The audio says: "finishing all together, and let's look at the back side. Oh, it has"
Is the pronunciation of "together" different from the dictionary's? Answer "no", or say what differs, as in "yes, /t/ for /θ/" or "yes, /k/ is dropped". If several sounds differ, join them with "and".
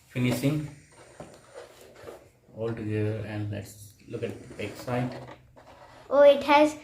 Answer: yes, /ð/ is dropped